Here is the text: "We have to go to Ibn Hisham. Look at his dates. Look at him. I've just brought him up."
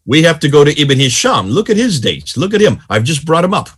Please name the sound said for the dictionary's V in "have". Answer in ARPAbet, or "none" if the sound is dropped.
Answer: F